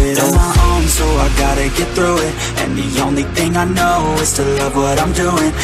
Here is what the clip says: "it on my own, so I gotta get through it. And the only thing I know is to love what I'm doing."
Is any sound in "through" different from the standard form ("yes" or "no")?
no